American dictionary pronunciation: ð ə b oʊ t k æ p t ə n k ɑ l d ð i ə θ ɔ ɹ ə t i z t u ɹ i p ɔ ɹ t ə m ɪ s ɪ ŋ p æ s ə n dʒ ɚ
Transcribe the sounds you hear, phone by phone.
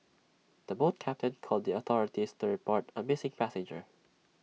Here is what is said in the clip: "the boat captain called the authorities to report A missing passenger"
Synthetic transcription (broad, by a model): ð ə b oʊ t k æ p t ə n k ɑ l d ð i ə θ ɔ ɹ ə t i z t u ɹ i p ɔ ɹ t ə m ɪ s ɪ ŋ p æ s ə n dʒ ɚ